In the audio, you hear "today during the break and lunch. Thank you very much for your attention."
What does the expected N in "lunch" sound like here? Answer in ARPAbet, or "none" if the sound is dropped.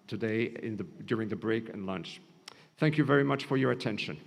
N